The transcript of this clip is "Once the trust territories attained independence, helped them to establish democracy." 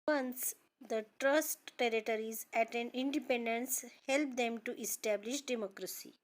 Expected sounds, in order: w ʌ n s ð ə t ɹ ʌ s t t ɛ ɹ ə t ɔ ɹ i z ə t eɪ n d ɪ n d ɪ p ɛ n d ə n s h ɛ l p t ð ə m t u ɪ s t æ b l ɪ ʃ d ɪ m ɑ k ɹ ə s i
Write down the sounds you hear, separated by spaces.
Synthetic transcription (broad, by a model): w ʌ n s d ə t ɹ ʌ s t t ɛ ɹ ə t ɔ ɹ i z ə t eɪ n ɪ n d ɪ p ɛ n d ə n s h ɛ l p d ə m t u ɪ s t æ b l ɪ ʃ d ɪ m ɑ k ɹ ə s i